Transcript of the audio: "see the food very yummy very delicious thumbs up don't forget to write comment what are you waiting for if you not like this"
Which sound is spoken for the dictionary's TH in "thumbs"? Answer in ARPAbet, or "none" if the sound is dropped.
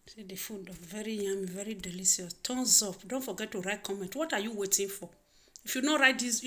T